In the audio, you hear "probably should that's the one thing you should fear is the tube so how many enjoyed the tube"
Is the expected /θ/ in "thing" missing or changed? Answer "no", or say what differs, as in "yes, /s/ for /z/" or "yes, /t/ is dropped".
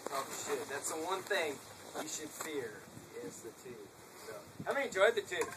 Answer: no